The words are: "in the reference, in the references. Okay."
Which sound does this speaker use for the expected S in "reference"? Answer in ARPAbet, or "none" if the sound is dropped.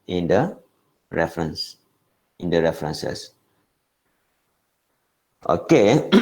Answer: S